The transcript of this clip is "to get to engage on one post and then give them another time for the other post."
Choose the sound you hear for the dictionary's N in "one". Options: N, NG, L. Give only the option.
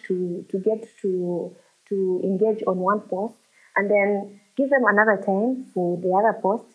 N